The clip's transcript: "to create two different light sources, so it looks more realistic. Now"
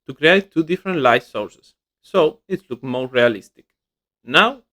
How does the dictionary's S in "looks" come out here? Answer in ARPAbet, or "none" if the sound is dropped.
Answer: none